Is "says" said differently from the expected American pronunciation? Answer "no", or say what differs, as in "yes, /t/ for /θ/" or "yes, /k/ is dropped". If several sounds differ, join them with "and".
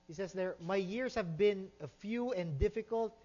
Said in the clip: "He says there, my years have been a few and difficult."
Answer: yes, /s/ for /z/